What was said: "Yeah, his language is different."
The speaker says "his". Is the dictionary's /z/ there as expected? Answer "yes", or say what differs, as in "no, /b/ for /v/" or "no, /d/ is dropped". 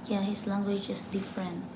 no, /s/ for /z/